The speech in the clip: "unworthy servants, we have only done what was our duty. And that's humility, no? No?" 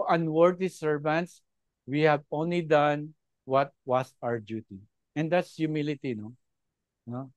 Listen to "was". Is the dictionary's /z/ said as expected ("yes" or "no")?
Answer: no